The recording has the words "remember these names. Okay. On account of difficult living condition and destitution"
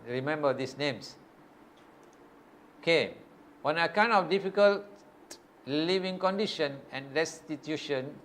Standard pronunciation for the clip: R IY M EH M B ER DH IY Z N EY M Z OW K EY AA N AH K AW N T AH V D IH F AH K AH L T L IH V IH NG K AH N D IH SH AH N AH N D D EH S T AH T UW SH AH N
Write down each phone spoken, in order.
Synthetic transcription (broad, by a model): R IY M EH M B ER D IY S N EY M S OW K EY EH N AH K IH N AH F D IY F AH K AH L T L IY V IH NG K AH N D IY SH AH N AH N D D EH S T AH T UW SH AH N